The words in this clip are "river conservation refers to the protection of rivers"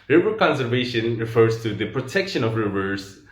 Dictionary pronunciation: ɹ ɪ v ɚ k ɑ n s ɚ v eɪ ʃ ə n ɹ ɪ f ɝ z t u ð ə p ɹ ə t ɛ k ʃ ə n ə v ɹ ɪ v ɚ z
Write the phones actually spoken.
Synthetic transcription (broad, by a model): ɹ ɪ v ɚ k ɑ n s ɚ v eɪ ʃ ə n ɹ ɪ f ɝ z t u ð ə p ɹ ə t ɛ k ʃ ə n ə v ɹ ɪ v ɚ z